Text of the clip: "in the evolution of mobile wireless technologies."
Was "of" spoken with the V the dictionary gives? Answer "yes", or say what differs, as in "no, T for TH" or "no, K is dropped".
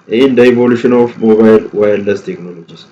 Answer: no, F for V